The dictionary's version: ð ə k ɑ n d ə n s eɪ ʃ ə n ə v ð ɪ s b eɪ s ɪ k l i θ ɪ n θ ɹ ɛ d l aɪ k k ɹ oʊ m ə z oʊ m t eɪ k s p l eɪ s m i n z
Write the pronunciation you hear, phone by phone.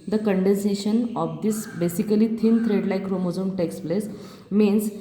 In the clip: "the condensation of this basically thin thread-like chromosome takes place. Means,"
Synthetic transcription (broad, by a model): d ə k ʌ n d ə n s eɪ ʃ ə n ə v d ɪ s b eɪ s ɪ k l i t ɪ n t ɹ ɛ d l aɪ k k ɹ oʊ m ə z oʊ m t eɪ k s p l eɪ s m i n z